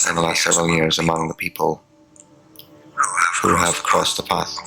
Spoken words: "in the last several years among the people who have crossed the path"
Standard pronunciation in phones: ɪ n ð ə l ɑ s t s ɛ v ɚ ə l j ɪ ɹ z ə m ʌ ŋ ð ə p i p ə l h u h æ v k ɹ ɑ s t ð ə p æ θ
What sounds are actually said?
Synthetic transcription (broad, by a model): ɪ n ð ə l ɑ s t s ɛ v ɚ ə l j ɪ ɹ z ə m ʌ ŋ ð ə p i p ə l h u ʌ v k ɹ ɑ s ð ə p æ θ